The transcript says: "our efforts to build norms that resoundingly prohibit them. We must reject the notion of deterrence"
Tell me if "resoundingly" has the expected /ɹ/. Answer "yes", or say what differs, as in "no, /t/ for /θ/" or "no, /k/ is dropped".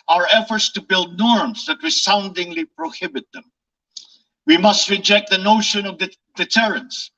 no, /w/ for /ɹ/